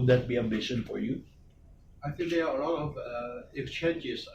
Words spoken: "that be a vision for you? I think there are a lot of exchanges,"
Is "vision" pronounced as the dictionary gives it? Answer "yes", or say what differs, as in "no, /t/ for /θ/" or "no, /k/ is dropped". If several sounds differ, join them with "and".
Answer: no, /b/ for /v/ and /ʃ/ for /ʒ/